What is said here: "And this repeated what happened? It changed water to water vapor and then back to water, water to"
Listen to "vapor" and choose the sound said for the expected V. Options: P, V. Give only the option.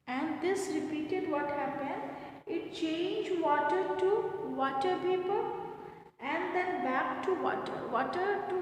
P